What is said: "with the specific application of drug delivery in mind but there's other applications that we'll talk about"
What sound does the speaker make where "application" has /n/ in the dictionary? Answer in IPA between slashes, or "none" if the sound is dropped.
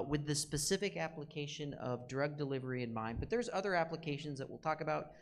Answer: /n/